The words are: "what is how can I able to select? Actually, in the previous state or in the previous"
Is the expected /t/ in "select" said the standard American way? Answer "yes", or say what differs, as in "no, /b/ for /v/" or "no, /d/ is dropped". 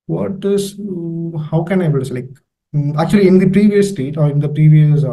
no, /t/ is dropped